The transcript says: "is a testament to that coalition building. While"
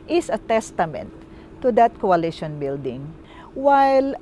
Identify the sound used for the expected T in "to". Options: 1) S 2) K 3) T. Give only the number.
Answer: 3